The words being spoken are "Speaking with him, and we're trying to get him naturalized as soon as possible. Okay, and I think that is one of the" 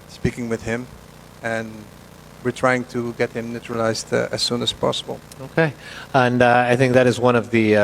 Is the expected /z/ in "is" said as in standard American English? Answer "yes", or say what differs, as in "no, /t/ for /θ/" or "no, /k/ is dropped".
yes